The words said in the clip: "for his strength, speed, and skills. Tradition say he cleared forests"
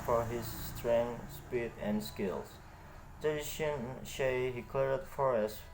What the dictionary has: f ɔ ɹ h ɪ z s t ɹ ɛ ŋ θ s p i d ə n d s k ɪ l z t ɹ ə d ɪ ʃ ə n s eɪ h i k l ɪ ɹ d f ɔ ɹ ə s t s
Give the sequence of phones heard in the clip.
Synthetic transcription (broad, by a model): f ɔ ɹ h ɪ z s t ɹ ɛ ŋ s p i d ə n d s k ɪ l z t ə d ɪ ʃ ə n ʃ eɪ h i k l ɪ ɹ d f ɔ ɹ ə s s